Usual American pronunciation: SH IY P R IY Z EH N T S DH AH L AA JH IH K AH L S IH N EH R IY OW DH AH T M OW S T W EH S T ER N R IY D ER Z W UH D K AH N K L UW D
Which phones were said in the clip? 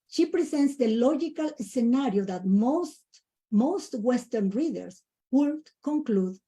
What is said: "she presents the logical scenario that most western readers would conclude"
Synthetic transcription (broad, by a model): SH IY P R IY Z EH N T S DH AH L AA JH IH K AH L S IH N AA R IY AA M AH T M OW S T W EH S T ER N R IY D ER S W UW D K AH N K L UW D